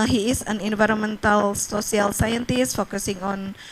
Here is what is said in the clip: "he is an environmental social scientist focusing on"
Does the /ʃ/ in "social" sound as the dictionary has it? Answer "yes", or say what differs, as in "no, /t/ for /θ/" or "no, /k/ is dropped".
no, /s/ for /ʃ/